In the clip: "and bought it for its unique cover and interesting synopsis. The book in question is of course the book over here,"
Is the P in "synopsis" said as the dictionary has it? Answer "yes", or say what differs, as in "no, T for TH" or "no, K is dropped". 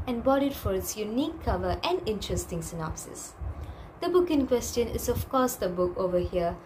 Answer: yes